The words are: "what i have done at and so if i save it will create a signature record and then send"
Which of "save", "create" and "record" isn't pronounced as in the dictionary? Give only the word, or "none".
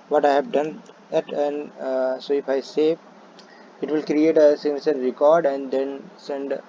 save